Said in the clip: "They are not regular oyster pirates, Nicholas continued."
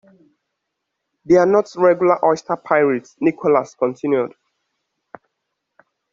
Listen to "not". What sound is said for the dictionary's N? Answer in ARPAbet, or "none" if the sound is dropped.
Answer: N